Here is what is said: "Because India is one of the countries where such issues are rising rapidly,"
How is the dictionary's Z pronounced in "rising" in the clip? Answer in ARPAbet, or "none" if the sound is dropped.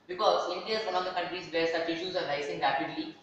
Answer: S